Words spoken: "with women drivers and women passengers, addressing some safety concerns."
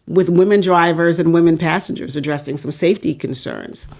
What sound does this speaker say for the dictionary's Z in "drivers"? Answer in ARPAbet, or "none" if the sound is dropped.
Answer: Z